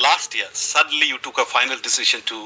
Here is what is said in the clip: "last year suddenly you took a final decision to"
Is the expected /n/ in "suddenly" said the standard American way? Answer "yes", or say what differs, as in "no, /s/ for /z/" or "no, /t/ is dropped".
yes